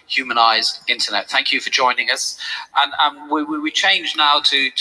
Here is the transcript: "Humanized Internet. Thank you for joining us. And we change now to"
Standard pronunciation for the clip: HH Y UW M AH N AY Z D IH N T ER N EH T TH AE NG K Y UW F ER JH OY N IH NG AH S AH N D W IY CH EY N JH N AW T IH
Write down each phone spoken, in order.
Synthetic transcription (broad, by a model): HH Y UW M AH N AY Z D IH N T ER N EH T TH AE NG K Y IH F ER JH OY N IH NG AH S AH N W W IY CH EY N JH N AW T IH